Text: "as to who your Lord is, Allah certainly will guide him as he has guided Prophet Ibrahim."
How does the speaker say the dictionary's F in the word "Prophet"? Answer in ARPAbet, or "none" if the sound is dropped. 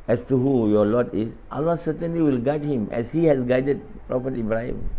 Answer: P